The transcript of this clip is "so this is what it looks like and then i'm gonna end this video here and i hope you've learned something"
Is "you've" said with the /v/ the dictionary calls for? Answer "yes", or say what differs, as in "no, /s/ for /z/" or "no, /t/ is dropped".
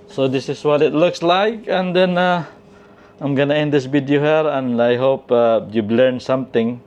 no, /b/ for /v/